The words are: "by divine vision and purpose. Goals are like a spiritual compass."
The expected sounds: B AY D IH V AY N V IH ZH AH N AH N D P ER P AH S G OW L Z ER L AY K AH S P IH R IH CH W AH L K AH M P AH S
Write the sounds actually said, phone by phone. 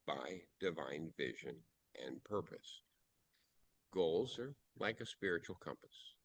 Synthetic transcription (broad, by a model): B AY D IH V AY N V IH ZH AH N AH N P ER P AH S G OW L Z ER L AY K AH S P IH R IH CH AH L K AH M P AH S